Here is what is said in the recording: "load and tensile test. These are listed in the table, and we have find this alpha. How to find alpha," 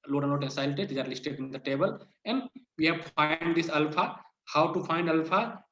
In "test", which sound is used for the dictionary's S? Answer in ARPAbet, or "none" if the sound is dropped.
none